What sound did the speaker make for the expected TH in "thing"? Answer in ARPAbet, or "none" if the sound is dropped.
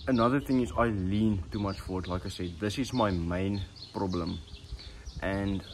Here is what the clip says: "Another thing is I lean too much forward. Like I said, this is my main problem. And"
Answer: TH